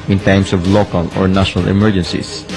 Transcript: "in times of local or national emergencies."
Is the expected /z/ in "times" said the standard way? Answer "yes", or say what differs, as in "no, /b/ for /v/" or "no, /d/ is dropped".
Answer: no, /s/ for /z/